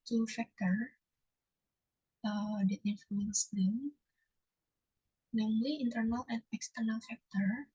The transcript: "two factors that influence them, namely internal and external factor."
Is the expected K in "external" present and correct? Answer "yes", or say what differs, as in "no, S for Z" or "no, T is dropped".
yes